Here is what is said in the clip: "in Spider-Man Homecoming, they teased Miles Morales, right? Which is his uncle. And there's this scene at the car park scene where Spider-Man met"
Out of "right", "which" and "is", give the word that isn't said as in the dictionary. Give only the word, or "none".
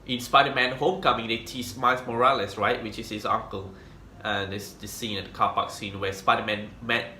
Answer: is